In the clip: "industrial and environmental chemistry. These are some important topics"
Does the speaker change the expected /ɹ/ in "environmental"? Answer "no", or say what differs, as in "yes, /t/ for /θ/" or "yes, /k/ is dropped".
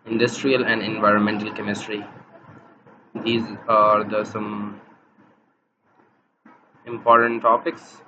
no